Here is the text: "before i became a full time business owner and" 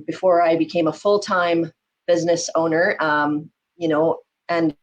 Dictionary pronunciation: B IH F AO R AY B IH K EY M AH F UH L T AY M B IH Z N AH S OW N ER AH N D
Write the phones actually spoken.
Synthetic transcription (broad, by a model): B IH F AO R AY B IH K EY M AH F UH L T AY M B IH Z N AH S OW N ER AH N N